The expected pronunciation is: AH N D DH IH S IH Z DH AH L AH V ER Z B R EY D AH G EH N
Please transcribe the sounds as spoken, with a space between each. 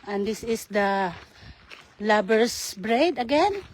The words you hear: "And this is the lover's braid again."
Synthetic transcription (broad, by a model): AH N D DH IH S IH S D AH L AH B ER S B R EY D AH G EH N